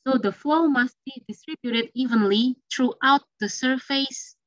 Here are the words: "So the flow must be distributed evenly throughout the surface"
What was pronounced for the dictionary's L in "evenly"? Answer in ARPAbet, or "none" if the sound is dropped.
L